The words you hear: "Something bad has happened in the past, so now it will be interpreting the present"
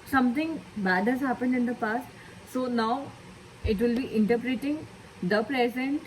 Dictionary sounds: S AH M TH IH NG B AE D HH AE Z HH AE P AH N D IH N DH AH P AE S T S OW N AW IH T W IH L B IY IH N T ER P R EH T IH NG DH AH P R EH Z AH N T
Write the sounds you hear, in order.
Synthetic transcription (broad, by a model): S AH M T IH NG B AE D HH AE Z HH AE P AH N D IH N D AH P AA S T S OW N AW IH T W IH L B IY IH N T ER P R EH T IH NG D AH P R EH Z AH N T